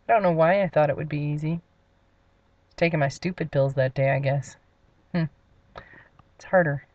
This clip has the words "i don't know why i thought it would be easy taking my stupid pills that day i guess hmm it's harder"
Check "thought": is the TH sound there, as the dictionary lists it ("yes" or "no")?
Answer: yes